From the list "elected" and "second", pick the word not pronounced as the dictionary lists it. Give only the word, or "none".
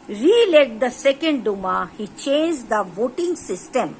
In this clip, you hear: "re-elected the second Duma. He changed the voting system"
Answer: elected